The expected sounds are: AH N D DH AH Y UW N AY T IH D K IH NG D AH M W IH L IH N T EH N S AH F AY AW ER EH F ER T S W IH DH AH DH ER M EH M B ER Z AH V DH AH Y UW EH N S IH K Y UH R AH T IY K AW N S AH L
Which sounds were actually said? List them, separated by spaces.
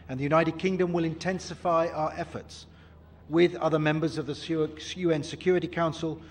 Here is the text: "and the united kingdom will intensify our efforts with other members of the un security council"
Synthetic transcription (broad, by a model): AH N DH AH Y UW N AY T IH D K IH NG D AH M W IH L IH N T EH N S AH F AY AW ER EH F ER T S W IH DH AH DH ER M EH M B ER Z AH V DH AH Y UW EH N S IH K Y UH R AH T IY K AW N S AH L